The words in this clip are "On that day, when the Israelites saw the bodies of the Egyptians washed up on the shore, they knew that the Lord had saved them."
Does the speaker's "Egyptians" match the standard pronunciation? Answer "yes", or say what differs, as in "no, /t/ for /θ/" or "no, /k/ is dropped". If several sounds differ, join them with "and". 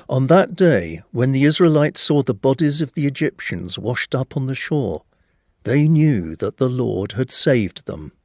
yes